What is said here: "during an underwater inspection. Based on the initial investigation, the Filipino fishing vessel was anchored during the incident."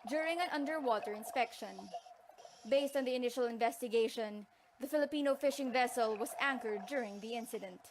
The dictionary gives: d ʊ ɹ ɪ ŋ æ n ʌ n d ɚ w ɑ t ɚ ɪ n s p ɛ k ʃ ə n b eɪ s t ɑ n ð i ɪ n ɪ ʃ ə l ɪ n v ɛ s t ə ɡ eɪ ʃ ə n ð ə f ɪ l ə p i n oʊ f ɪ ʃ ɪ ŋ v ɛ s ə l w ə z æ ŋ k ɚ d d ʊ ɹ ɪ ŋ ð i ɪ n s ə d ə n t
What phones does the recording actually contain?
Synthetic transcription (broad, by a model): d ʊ ɹ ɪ ŋ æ n ʌ n d ɚ w ɑ t ɚ ɪ n s p ɛ k ʃ ə n b eɪ s t ɑ n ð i ɪ n ɪ ʃ ə l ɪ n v ɛ s t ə ɡ eɪ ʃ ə n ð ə f ɪ l ə p i n oʊ f ɪ ʃ ɪ ŋ v ɛ s ə l w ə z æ ŋ k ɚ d d ʊ ɹ ɪ ŋ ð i ɪ n s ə d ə n t